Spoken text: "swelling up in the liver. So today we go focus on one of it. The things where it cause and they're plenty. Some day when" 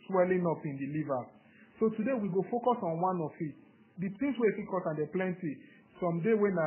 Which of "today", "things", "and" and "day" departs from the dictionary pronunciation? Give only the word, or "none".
things